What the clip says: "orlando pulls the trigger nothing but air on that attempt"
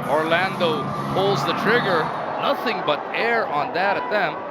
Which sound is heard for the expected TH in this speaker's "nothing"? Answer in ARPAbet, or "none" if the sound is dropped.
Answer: TH